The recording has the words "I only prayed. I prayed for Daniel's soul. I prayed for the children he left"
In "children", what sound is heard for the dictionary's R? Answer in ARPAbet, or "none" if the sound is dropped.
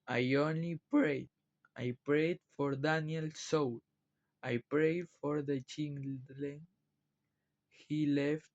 L